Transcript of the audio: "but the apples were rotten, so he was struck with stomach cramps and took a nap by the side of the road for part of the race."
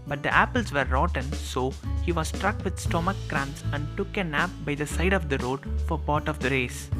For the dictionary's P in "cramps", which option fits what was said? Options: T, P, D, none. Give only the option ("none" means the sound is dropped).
none